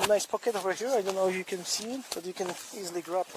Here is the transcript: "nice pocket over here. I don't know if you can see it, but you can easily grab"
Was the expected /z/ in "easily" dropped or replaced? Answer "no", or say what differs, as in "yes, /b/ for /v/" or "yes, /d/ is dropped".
no